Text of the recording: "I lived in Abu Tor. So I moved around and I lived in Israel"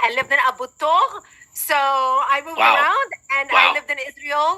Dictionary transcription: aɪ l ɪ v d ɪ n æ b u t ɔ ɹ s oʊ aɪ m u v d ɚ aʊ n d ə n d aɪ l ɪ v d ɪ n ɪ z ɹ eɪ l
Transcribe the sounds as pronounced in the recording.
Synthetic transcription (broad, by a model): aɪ l ɪ v d ɪ n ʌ b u t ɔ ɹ s oʊ aɪ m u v ɚ aʊ n d ə n d aɪ l ɪ v d ɪ n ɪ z ɹ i l